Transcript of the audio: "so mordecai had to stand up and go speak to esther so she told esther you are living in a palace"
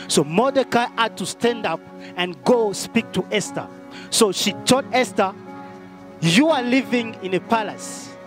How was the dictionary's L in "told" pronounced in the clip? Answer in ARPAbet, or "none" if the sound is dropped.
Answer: none